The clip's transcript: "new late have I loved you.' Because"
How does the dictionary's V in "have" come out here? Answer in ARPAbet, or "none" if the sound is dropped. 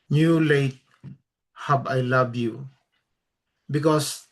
B